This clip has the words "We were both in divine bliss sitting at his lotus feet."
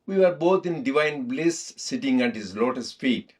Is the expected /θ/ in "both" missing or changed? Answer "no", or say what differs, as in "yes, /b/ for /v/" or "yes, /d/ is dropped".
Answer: yes, /t/ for /θ/